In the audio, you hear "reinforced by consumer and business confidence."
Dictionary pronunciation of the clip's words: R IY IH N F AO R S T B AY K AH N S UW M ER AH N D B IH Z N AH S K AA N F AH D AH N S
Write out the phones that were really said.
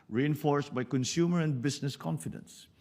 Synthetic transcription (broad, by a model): R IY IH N F AO R S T B AY K AH N S UW M ER AH N D B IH S N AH S K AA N F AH D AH N S